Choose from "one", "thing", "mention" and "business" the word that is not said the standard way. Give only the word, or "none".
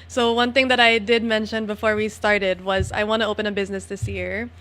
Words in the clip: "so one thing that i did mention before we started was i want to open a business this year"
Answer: none